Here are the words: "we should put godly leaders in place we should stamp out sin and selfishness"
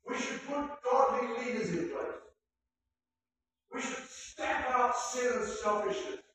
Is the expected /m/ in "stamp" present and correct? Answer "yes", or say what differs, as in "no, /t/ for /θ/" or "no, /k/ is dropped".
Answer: no, /m/ is dropped